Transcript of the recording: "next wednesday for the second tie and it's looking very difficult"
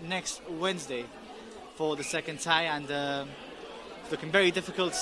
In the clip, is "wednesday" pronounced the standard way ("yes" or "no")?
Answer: yes